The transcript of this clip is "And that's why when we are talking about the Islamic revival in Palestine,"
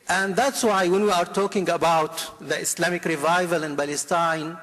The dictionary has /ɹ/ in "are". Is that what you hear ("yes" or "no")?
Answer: yes